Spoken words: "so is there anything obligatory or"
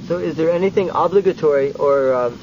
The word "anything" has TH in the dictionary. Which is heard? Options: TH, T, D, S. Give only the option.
TH